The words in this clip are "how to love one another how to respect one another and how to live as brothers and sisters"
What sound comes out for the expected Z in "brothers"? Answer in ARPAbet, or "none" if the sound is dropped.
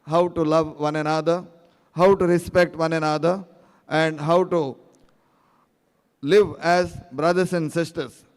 S